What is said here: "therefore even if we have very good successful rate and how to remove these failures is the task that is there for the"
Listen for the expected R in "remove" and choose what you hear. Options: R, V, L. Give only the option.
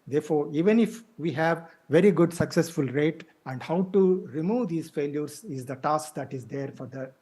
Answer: R